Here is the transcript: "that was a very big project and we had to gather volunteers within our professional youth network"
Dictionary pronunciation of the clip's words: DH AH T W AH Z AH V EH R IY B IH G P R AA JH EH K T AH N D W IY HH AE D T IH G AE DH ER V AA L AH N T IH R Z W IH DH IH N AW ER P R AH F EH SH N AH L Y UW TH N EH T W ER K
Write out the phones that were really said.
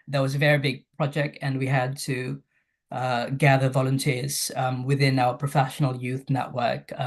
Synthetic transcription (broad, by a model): DH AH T W AH Z AH V EH R IY B IH G P R AA JH EH K T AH N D W IY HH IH D T IH G AE DH ER V AA L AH N T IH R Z W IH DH IH N AW ER P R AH F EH SH N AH L Y UW TH N EH T W ER K